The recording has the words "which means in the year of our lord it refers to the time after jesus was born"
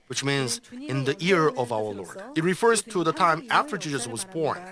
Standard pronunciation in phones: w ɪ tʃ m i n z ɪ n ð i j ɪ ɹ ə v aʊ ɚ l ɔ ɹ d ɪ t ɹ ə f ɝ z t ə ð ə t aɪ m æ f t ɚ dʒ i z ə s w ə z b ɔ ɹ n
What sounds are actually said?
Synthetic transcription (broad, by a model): w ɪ tʃ m i n z ɪ n ð i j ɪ ɹ ə v aʊ ɚ l ɔ ɹ d ɪ t ɹ ə f ɝ z t ə ð ə t aɪ m æ f t ɚ dʒ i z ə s w ə z b ɔ ɹ n